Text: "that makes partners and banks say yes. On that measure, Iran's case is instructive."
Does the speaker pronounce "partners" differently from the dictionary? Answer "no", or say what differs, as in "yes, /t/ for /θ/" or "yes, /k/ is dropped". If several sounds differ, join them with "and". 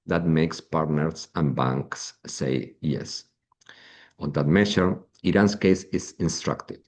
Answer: yes, /s/ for /z/